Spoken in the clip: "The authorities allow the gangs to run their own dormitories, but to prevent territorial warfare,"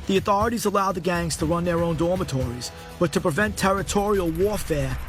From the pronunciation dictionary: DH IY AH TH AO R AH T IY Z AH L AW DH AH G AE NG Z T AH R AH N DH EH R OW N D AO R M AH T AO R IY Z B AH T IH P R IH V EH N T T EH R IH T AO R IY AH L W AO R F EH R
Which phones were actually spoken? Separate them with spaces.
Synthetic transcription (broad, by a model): DH IY AH TH AO R AH T IY Z AH L AW DH AH G AE NG Z T AH R AH N DH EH R OW N D AO R M AH T AO R IY Z B AH T IH P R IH V EH N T T EH R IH T AO R IY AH L W AO R F EH R